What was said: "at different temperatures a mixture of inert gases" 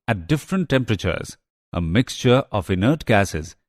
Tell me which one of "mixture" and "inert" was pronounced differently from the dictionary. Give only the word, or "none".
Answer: none